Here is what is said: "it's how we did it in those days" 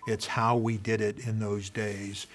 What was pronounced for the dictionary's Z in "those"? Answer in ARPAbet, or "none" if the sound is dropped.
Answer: Z